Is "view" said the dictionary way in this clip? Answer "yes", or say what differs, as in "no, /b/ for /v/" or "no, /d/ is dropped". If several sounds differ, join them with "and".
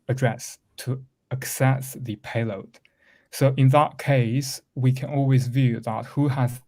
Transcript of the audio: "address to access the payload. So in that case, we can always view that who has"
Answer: yes